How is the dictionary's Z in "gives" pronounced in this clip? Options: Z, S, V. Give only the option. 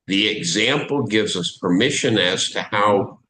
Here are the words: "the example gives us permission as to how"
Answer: Z